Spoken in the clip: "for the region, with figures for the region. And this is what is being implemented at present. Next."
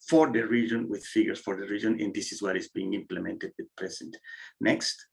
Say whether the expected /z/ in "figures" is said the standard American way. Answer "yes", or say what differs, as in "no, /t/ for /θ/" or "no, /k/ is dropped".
no, /s/ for /z/